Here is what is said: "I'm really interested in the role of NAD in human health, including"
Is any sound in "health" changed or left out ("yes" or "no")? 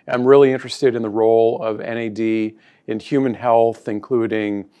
no